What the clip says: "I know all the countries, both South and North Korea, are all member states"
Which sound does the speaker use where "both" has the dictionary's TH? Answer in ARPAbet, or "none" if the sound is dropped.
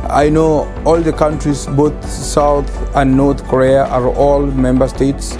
T